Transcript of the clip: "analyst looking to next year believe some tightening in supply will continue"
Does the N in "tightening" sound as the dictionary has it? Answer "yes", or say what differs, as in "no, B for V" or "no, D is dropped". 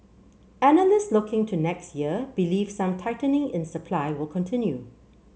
yes